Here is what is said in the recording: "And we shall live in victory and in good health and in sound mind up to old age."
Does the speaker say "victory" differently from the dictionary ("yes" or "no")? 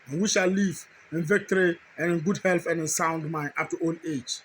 no